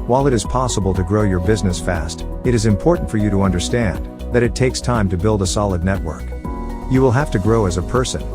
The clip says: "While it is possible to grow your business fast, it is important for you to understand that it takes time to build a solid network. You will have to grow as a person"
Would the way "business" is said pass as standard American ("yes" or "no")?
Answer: yes